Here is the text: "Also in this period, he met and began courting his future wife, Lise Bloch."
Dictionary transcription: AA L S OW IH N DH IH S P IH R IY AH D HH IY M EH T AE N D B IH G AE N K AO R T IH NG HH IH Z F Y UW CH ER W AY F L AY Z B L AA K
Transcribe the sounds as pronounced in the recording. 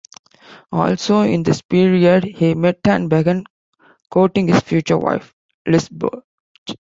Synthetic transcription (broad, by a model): AA L S OW IH N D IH S P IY R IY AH D HH IY M EH T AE N B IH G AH N K AO T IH NG HH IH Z F Y UW CH ER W AY F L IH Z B AA